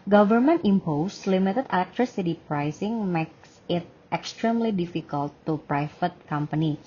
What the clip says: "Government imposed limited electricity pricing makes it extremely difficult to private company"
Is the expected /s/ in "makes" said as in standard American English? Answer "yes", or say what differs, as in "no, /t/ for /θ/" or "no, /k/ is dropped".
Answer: yes